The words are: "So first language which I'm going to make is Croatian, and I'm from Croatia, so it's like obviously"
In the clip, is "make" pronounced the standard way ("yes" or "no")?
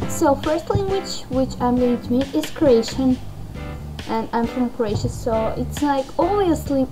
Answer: no